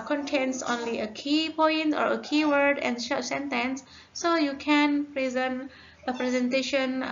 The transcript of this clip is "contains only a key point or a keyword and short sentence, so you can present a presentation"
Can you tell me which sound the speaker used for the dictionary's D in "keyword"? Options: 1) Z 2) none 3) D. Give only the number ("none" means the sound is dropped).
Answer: 3